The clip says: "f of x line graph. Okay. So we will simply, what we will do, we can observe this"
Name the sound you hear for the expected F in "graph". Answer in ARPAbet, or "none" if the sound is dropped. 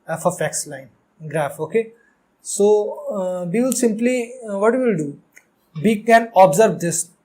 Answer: F